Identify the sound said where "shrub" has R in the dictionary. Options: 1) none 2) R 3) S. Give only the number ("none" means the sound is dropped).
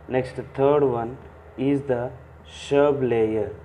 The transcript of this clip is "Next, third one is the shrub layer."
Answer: 1